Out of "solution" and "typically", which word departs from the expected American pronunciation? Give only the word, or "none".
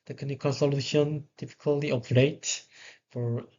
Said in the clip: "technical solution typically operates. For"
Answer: typically